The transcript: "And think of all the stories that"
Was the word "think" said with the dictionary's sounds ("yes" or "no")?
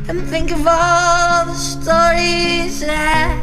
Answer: yes